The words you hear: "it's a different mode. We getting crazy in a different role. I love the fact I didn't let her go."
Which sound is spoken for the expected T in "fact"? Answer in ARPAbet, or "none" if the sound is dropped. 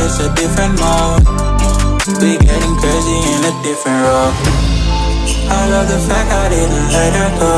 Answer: none